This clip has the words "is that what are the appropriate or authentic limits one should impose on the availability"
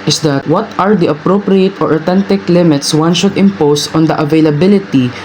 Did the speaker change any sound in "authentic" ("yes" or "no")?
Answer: yes